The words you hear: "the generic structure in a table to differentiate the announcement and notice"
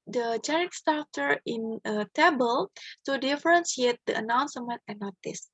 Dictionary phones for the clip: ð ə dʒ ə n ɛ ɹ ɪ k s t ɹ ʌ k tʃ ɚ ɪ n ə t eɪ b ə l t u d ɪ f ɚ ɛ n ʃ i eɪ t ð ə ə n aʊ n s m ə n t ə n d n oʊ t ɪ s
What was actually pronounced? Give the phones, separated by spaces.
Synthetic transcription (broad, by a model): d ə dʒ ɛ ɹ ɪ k s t ɑ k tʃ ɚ ɪ n ə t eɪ b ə l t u d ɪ f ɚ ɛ n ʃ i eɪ t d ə ə n aʊ n s m ə n t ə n n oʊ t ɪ s